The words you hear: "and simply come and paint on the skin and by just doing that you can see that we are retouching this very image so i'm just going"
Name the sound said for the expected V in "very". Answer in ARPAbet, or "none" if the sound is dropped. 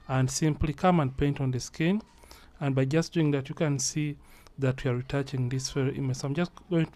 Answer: F